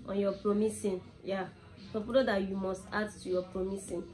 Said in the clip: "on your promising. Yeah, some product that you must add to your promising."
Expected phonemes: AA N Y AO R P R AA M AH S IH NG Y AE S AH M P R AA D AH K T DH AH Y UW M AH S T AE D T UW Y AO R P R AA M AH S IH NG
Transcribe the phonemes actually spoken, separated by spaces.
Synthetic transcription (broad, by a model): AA N Y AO P R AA M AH S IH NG Y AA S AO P AA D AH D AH Y UW M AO S T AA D T UW Y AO P R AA M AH S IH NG